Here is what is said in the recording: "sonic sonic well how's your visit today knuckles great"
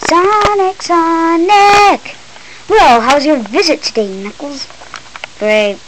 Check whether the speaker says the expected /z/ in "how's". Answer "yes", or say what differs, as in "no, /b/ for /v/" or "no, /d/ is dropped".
yes